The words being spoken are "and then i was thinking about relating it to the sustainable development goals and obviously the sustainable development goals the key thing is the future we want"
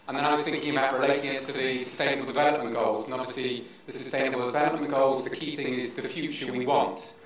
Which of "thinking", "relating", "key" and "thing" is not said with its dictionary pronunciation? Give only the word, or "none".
none